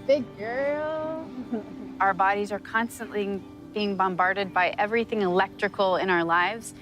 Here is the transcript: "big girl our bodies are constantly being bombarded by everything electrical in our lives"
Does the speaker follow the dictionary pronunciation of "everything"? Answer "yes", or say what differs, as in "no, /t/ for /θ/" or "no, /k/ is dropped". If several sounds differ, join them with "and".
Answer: yes